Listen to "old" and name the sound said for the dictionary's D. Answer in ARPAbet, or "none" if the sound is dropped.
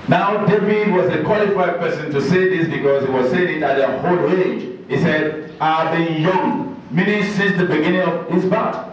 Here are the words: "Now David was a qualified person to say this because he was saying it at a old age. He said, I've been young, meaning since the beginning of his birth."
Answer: none